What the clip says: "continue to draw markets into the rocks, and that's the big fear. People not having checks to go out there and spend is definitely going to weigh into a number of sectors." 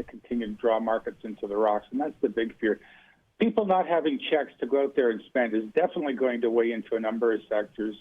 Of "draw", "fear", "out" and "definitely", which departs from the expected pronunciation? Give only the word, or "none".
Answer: none